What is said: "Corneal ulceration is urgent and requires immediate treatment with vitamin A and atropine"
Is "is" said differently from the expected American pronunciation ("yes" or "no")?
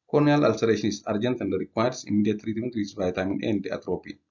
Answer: yes